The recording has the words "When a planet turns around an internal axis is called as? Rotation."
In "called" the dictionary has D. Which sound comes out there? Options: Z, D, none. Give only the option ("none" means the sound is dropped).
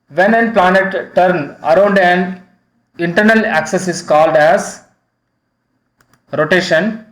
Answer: D